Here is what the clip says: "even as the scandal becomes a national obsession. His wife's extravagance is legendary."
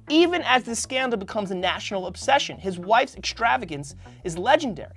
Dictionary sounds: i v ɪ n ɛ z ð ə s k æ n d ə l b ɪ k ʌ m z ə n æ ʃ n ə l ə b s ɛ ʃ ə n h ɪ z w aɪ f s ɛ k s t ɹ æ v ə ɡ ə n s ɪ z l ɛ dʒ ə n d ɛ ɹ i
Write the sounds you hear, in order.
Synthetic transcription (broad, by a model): i v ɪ n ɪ z ð ə s k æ n d l b ɪ k ʌ m z ə n æ ʃ n l ə b s ɛ ʃ ə n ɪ z w aɪ f s ɛ k s t ɹ æ v ə ɡ ə n s ɪ z l ɛ dʒ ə n d ɛ ɹ i